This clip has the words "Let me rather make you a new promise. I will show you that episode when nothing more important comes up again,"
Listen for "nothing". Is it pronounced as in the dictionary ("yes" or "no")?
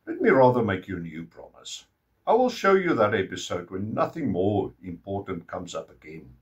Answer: yes